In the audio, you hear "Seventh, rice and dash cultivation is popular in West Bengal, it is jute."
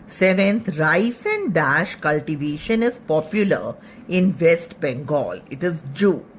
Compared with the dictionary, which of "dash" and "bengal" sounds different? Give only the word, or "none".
none